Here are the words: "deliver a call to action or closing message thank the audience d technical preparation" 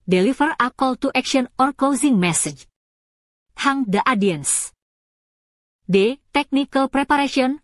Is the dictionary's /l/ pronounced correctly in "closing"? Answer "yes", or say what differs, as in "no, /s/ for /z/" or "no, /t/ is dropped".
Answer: no, /l/ is dropped